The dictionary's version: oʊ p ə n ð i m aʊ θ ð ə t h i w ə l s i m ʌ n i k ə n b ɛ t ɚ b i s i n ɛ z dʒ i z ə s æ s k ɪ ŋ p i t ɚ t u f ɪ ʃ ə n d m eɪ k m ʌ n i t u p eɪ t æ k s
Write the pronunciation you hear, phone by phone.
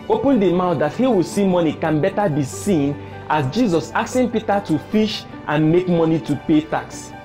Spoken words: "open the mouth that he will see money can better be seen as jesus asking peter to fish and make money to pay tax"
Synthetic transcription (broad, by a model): oʊ p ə n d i m aʊ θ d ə t h i w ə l s i m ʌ n i k ə n b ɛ t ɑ b i s i n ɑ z dʒ i z ə s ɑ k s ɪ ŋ p i t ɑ t u f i ʃ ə n m eɪ k m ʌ n i t u p eɪ t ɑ k s